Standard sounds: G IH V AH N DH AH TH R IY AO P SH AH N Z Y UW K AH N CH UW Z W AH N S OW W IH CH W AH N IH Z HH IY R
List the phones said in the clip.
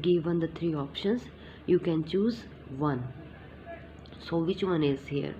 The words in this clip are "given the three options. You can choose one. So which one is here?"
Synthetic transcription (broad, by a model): G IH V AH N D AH T R IY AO P SH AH N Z Y UW K AH N CH UW Z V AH N S OW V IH CH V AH N IH Z HH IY R